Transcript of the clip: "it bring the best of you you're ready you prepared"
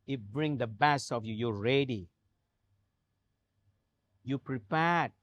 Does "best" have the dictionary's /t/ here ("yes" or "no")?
no